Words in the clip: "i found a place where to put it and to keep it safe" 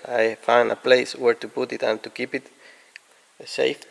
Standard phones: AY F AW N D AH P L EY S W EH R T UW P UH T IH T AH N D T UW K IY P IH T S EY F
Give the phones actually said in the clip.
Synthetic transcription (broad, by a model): AY F AW N D AH P L EY S W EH R T UW P UH T IH T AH N T UW K IY P IH T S EY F